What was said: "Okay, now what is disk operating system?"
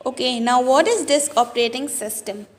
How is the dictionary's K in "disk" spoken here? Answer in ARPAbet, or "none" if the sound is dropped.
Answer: K